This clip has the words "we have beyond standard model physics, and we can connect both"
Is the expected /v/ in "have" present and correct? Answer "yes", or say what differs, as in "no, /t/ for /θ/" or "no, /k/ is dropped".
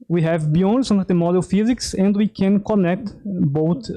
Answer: yes